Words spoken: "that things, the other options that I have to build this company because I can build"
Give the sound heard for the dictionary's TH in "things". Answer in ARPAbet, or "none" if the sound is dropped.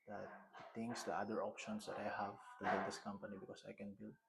T